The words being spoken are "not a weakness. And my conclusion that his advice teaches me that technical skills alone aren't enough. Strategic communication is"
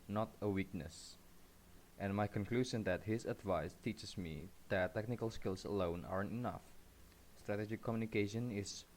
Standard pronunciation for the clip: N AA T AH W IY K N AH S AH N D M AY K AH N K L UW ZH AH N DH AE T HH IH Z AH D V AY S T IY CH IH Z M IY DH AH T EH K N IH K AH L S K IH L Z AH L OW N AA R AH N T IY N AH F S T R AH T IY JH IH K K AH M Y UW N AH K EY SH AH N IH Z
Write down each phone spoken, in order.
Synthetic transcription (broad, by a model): N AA T AH W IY K N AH S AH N M AY K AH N K L UW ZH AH N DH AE T HH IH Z AH D V AY S T IY CH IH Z M IY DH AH T EH K N IH K AH L S K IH L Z AH L OW N AA R AH N T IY N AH F S T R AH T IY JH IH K K AH M Y UW N AH K EY SH AH N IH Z